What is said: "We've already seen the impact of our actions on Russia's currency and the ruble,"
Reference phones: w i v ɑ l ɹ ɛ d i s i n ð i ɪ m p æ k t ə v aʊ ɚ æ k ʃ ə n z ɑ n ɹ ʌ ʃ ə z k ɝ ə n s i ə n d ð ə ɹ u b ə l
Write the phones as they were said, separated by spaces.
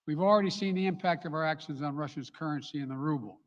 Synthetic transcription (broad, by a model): w i v l ɹ ɛ d i s i n ð i ɪ m p æ k t ə v aʊ ɚ æ k ʃ ə n z n ɹ ʌ ʃ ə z k ɝ ə n s i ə n ð ə ɹ u b l